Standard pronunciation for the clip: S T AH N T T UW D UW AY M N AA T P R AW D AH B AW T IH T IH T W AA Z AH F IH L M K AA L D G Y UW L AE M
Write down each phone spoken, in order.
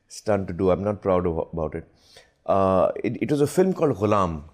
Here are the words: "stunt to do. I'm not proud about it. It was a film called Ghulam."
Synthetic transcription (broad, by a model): S T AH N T T UW D UW AY M N AA T P R AW D AH B AW T IH T IH T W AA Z AH F IH L M K AA L D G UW L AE M